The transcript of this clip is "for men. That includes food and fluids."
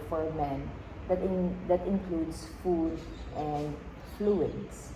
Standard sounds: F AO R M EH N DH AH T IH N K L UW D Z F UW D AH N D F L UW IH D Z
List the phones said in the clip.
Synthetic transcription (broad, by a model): F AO R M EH N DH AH T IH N K L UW D S F UW D AH N D F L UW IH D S